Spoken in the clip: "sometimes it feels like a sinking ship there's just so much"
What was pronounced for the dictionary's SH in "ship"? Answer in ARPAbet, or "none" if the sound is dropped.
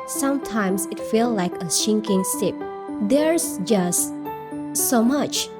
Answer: S